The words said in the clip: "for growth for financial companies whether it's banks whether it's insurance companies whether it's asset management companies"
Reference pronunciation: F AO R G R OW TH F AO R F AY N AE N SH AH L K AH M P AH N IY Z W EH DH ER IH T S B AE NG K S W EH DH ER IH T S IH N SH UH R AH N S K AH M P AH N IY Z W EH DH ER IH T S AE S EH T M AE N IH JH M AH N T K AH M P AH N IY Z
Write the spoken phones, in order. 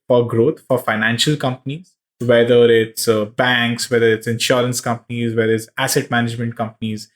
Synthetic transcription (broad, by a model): F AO R G R OW T F AO R F AY N AE N SH AH L K AH M P AH N IY Z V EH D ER IH T S B AE NG K S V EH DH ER IH T S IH N SH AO R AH N S K AH M P AH N IY Z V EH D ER IH T S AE S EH T M AE N IH JH M AH N T K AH M P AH N IY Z